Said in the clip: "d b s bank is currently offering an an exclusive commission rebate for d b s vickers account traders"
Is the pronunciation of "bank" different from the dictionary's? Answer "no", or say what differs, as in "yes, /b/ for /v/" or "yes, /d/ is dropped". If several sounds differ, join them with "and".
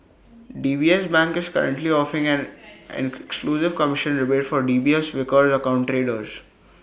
no